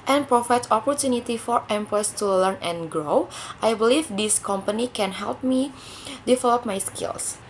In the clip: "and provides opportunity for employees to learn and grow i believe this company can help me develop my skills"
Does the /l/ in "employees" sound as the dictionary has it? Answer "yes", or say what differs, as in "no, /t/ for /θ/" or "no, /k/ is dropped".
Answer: no, /l/ is dropped